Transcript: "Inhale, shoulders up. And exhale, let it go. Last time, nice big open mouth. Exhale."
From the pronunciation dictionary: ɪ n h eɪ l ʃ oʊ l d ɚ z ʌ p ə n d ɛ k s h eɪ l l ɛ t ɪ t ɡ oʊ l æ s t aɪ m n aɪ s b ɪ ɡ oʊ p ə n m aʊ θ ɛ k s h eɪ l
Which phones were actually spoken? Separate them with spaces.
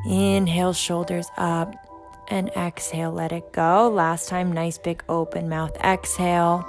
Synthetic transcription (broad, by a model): ɪ n h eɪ l ʃ oʊ l d ɚ z ʌ p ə n ɛ k s h eɪ l l ɛ t ɪ t ɡ oʊ l æ s t aɪ m n aɪ s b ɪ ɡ oʊ p ə n m aʊ θ ɛ k s h eɪ l